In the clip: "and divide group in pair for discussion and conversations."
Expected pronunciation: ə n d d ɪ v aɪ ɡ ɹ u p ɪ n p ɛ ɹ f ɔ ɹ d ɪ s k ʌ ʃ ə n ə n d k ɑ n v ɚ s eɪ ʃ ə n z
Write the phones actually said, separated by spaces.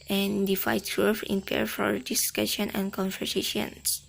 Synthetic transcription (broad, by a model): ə n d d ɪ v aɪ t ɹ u f ɪ n p ɛ ɹ f ɔ ɹ d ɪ s k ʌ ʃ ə n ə n k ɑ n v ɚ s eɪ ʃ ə n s